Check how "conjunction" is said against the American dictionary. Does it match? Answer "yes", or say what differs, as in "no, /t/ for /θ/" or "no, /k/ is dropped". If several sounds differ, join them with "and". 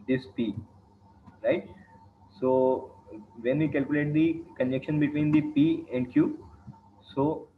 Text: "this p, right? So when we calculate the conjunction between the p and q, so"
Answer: no, /ŋ/ is dropped